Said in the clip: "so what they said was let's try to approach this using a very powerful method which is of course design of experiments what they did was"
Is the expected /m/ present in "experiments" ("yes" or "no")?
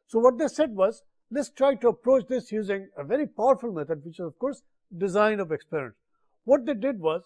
no